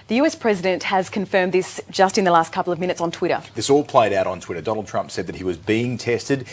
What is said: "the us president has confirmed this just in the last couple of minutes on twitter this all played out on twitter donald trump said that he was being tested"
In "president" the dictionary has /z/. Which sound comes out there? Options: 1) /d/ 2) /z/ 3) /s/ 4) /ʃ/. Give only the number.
2